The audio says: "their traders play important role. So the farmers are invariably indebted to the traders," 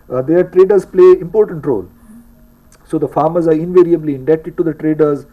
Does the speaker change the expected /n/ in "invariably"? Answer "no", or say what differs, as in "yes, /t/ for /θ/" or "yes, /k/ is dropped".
no